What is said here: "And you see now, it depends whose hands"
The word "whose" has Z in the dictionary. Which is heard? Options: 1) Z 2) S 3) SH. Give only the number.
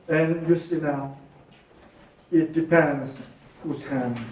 2